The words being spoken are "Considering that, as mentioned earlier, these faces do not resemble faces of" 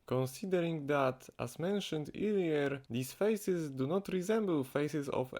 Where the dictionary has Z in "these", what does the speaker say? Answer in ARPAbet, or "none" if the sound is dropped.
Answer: S